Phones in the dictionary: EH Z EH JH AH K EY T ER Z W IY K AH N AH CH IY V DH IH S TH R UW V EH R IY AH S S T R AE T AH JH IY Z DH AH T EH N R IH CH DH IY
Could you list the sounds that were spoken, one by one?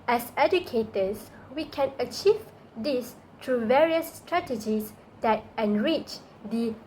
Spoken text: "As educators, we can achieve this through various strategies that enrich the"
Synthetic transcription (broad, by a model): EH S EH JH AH K EY T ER S W IY K AH N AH CH IY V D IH S T R UW V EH R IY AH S S T R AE T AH JH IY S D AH T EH N R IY CH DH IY